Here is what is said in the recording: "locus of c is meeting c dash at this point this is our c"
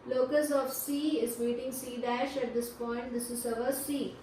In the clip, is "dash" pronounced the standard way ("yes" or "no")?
yes